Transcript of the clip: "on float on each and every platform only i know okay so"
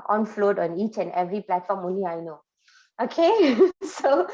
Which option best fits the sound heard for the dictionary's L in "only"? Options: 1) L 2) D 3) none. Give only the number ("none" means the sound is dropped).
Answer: 3